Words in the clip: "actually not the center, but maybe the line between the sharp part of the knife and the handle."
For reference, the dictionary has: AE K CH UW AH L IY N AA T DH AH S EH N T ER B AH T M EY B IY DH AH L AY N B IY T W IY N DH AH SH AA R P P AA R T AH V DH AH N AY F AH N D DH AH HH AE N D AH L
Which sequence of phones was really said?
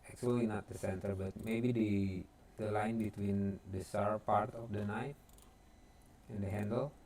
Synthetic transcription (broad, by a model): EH K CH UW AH L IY N AA T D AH S EH N T ER B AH T M EY B IY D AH L AY N B IY T W IY N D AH S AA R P P AA R T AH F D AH N AY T AH N D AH HH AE N D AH L